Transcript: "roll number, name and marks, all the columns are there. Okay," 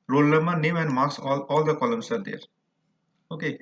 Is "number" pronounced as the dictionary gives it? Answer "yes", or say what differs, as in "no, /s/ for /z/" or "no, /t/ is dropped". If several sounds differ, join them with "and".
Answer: no, /l/ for /n/ and /b/ is dropped